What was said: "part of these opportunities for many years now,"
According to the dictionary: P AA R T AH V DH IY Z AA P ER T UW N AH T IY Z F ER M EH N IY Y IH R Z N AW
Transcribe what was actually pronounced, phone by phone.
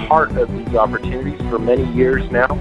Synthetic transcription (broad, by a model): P AA R T AH V DH IY Z AA P ER T UW N AH T IY Z F ER M EH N IY Y IH R Z N AW